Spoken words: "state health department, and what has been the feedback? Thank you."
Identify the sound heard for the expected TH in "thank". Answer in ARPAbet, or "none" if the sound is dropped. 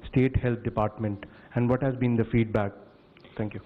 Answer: T